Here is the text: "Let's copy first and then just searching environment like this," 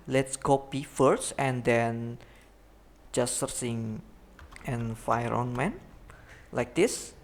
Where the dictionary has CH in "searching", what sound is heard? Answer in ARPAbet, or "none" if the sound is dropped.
S